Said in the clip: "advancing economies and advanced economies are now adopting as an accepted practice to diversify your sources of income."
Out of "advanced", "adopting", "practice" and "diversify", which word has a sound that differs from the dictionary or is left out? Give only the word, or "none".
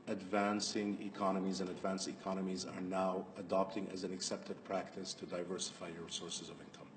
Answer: none